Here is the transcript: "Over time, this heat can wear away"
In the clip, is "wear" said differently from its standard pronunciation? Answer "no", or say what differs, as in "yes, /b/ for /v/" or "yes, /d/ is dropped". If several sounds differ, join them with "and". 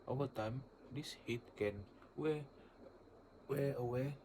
yes, /w/ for /ɹ/